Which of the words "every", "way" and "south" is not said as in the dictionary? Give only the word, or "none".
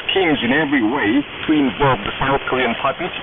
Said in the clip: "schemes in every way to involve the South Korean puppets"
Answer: none